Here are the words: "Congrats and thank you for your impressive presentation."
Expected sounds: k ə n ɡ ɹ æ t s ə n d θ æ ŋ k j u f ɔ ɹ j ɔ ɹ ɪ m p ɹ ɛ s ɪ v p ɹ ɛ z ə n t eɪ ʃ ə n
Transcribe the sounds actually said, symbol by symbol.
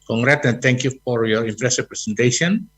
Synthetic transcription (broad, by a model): k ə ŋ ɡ ɹ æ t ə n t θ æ ŋ k j u f ɔ ɹ j ɔ ɹ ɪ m p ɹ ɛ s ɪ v p ɹ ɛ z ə n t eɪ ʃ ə n